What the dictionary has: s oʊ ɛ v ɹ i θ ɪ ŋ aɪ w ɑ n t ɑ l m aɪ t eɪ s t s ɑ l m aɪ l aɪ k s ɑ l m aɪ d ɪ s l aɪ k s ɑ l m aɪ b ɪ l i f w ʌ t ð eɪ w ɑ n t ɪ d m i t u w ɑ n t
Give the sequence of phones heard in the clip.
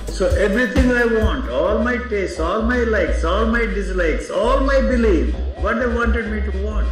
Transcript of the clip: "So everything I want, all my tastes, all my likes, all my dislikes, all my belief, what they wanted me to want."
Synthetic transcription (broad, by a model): s oʊ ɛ v ɹ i t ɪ ŋ aɪ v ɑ n t ɑ l m aɪ t eɪ s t ɑ l m aɪ l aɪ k s ɑ l m aɪ d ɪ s l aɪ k s ɑ l m aɪ b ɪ l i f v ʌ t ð eɪ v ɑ n t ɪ d m i t u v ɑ n t